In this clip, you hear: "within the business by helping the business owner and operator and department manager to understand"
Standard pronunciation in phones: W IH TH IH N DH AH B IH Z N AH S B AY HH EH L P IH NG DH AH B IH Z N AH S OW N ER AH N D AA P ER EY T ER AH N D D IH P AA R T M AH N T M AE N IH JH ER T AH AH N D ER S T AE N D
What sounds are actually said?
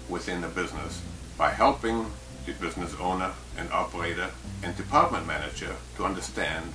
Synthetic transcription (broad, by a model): W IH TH IH N DH AH B IH Z N AH S B AY HH EH L P IH NG DH AH B IH Z N AH S OW N ER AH N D AA P ER EY T ER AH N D D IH P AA R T M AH N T M AE N IH JH ER T AH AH N D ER S T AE N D